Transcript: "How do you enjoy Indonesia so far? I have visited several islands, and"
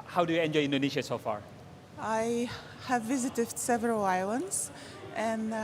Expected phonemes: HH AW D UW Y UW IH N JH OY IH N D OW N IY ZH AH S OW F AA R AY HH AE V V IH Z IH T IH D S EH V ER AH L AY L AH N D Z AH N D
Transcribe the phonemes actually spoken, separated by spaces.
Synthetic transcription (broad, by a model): HH AW D UW Y UW IH N JH OY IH N D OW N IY SH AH S OW F AA R AY HH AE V V IH Z IH T IH D S EH V ER AH L AY L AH N D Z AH N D